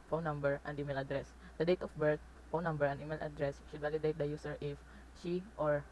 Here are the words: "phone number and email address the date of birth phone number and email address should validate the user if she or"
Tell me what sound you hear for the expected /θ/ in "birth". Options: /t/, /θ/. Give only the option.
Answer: /t/